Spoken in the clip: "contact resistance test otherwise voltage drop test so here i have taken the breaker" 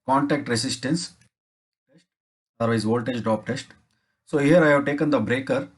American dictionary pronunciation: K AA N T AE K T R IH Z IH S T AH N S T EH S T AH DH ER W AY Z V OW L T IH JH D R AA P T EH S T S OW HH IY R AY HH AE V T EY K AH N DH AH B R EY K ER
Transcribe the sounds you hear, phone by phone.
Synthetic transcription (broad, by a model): K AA N T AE K T R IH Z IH S T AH N S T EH S T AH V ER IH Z V OW L T IH JH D AA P T EH S T S OW HH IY R AY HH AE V T EY K AH N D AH B R EY K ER